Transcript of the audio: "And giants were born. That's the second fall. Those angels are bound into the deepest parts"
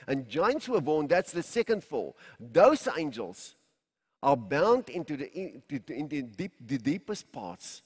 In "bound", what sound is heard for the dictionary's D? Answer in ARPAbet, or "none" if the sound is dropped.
D